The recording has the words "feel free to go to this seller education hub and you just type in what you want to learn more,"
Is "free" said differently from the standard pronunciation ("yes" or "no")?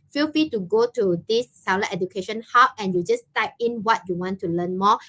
yes